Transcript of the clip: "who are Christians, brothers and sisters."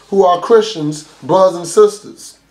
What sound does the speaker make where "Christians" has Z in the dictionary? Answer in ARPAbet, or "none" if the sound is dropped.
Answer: Z